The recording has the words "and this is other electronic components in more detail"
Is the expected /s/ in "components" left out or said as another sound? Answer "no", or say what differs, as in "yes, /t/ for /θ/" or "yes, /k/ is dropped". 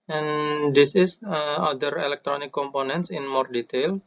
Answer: no